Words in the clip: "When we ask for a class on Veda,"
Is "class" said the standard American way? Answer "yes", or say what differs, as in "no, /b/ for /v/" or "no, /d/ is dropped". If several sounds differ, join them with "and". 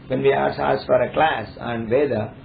yes